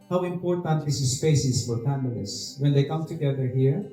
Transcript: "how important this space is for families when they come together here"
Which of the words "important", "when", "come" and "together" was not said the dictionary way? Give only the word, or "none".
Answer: none